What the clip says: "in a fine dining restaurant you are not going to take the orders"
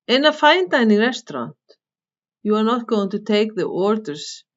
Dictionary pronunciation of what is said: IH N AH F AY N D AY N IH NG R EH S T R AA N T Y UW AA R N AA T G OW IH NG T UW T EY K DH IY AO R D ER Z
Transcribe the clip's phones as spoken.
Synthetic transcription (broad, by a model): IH N AH F AY N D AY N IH R EH S T R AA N T Y UW AA R N AA T G OW IH NG T UW T EY K DH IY AO R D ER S